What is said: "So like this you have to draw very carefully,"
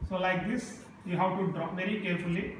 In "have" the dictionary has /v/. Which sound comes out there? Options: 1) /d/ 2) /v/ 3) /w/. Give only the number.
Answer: 3